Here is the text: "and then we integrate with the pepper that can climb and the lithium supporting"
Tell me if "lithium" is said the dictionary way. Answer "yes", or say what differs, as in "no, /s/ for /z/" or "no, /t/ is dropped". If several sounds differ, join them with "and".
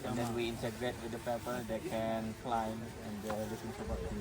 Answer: no, /s/ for /θ/